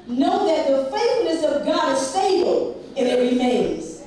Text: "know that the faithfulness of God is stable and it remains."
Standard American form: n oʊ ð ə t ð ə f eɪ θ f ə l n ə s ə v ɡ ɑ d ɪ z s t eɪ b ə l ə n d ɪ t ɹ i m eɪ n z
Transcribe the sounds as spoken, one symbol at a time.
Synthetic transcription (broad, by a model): n oʊ ð ə t ð ə f eɪ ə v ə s ə v ɡ ɑ d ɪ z s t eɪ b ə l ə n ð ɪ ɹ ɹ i m eɪ n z